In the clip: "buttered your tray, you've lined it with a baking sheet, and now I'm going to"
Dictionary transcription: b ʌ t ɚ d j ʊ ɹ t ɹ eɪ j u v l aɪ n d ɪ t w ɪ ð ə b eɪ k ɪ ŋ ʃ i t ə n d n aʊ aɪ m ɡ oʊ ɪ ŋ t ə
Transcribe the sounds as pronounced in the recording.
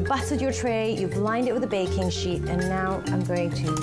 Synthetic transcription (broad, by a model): b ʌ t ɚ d j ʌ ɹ t ɹ eɪ j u b l aɪ n d ɪ t w ɪ ð ə b eɪ k ɪ ŋ ʃ i t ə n n aʊ aɪ m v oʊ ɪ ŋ t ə